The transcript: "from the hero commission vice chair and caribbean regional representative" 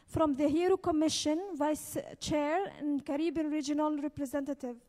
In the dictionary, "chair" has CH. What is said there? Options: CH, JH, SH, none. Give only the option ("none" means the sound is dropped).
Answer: CH